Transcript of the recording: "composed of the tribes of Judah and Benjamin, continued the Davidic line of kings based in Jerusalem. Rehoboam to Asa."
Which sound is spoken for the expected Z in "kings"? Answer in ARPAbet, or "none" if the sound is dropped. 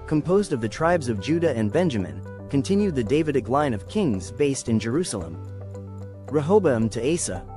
Z